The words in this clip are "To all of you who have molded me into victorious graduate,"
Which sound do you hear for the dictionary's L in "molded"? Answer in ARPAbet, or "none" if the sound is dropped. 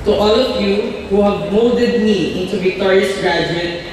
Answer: none